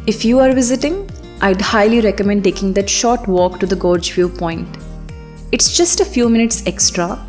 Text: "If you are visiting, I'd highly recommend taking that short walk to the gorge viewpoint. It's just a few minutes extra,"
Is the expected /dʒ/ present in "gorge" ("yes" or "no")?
yes